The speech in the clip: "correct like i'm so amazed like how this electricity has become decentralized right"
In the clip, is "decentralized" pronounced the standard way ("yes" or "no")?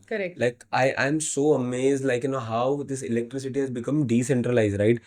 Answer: yes